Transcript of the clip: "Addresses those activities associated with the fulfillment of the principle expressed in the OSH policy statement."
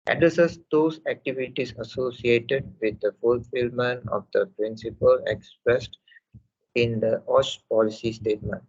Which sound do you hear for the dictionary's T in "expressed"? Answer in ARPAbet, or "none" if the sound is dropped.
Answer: T